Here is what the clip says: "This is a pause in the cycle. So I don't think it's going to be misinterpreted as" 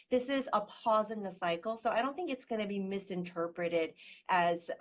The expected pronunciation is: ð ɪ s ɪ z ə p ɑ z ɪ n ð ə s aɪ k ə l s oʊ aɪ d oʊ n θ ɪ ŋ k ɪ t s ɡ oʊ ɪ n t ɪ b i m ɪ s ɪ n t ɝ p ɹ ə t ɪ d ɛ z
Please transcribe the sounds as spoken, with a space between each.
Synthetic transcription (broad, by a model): ð ɪ s ɪ z ə p ɑ z ɪ n ð ə s aɪ k l s oʊ aɪ d oʊ n θ ɪ ŋ k ɪ t s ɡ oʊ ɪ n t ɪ b i m ɪ s ɪ n t ɝ p ɹ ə t ɪ d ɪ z